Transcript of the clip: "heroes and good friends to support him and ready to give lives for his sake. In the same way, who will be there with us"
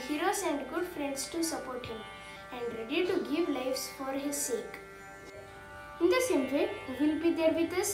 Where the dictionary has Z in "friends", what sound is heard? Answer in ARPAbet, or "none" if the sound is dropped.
S